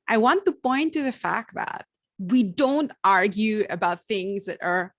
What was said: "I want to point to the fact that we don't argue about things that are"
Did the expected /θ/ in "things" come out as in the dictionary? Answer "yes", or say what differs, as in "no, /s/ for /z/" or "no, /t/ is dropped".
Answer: yes